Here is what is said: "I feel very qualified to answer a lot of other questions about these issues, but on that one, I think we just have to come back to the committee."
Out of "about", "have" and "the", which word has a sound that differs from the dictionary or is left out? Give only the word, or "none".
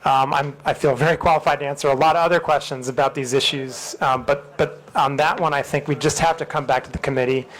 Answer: have